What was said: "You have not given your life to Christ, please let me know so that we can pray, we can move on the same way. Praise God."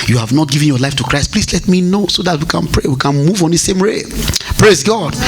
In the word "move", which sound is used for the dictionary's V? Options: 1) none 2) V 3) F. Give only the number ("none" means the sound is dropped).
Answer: 2